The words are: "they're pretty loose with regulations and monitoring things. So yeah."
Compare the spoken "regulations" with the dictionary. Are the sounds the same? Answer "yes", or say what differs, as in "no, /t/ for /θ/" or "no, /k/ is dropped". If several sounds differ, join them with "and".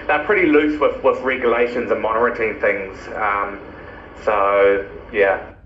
yes